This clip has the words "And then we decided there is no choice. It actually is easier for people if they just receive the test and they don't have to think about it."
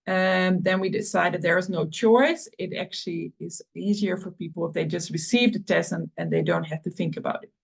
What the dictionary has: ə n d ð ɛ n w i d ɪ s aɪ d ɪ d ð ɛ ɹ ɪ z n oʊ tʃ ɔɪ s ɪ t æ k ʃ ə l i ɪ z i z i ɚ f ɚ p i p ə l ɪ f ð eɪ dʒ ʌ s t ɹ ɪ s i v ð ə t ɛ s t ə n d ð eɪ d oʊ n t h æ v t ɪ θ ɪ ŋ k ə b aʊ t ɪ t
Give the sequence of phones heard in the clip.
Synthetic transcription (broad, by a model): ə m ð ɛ n w i d ɪ s aɪ d ɪ d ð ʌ ɹ ɪ z n oʊ tʃ ɔɪ s ɪ t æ k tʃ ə l i ɪ z i z i ɚ f ɚ p i p l ɪ f ð eɪ dʒ ʌ s t ɹ ɪ s i v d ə t ɛ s ə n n ð eɪ d oʊ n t h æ f t ɪ θ ɪ ŋ k ə b aʊ t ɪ t